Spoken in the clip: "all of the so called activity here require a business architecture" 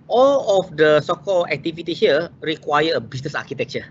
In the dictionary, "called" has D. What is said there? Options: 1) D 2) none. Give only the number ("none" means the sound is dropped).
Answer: 2